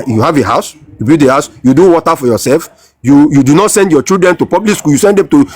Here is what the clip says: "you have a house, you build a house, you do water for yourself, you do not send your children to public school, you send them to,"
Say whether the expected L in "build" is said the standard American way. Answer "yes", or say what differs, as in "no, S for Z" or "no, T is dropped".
no, L is dropped